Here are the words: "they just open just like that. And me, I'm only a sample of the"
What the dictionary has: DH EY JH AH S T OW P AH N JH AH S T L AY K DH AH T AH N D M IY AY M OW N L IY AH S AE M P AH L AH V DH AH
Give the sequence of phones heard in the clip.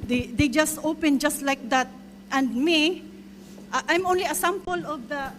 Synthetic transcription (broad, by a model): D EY JH AH S T OW P AH N JH AH S T L AY K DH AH T AH N D M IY AY M OW N L IY AH S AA M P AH L AH V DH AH